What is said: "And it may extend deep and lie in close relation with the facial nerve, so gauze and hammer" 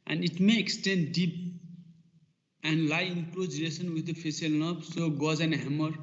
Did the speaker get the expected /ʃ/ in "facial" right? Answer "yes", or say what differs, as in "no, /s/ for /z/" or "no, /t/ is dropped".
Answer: no, /s/ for /ʃ/